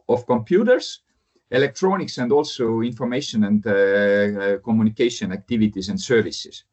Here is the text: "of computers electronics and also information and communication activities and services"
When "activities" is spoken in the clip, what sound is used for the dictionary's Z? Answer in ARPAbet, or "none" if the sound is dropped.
S